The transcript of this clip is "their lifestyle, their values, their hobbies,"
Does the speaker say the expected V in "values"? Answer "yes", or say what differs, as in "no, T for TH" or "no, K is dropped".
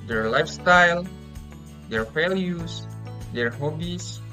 no, F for V